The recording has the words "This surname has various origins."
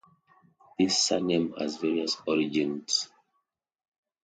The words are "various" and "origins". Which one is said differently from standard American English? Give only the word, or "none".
origins